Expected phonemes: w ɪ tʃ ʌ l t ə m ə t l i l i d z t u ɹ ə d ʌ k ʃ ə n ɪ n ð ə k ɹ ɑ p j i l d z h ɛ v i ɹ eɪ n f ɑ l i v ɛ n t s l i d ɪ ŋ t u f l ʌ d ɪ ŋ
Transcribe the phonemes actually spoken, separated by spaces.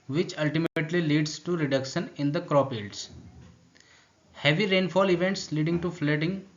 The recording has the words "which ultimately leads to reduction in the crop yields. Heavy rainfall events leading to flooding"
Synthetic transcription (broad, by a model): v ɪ tʃ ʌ l t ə m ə t l i l i d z t u ɹ ə d ʌ k ʃ ə n ɪ n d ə k ɹ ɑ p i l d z h ɛ v i ɹ eɪ n f ɑ l i v ɛ n t s l i d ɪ ŋ t u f l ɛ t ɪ ŋ